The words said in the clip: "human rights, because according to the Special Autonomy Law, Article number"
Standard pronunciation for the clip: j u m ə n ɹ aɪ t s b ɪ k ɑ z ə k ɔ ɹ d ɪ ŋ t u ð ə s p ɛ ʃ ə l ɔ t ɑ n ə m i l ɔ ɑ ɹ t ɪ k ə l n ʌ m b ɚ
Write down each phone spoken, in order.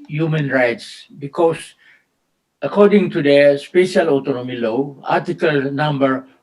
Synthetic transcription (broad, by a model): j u m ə n ɹ aɪ t s b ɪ k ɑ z ə k ɔ ɹ d ɪ ŋ t u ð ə s p ɛ ʃ ə l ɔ t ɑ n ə m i l ɔ ɑ ɹ t ɪ k ə l n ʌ m b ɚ